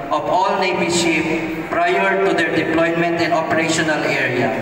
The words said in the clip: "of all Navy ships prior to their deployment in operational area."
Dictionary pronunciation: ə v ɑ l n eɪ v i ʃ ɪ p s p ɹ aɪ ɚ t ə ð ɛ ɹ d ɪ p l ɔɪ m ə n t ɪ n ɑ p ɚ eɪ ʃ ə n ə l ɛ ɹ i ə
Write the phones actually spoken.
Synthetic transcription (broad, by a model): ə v ɑ l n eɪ b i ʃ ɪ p p ɹ aɪ ɚ t ə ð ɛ ɹ d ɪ p l ɔɪ m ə n t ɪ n ɑ p ɚ eɪ ʃ ə n ə l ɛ ɹ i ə